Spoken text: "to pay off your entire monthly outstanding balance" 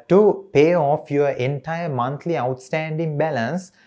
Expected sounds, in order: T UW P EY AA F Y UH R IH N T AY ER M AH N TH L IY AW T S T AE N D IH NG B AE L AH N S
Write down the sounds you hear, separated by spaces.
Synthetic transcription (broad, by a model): T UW P EY AA F Y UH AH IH N T AY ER M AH N T L IY AW T S T AE N D IH NG B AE L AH N S